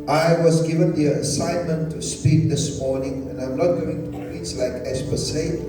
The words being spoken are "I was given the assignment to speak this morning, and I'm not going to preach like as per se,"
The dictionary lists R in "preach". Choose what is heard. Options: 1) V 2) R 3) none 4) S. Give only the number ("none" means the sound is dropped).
3